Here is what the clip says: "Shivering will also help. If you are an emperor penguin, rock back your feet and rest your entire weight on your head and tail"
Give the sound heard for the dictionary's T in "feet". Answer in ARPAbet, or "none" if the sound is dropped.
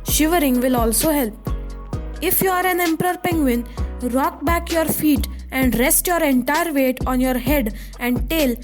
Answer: T